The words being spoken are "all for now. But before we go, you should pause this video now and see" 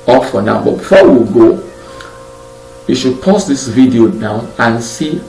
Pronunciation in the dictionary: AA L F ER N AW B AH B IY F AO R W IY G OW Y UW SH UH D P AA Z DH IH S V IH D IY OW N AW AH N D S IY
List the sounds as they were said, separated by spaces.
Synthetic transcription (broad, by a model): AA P F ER N AW B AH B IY F AO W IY G OW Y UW SH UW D P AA S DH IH S V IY D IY OW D AW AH N S IY